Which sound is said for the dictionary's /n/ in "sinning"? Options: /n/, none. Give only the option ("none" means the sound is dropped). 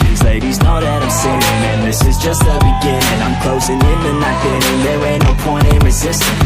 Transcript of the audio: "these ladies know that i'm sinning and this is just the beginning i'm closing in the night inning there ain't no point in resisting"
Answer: none